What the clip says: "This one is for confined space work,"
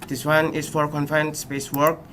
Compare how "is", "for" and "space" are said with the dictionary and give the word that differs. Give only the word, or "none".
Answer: is